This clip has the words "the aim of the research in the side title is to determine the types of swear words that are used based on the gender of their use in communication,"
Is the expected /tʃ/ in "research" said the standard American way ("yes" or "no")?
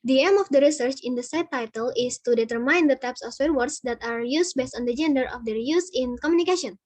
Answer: yes